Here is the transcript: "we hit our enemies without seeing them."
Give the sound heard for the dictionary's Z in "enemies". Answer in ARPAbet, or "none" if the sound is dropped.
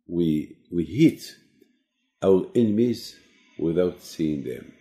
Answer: Z